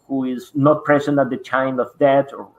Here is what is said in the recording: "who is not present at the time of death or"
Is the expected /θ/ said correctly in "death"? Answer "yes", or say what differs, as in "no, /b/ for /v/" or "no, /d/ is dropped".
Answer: no, /t/ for /θ/